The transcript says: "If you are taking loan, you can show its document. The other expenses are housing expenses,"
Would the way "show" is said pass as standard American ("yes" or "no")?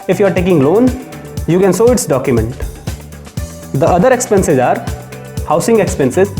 no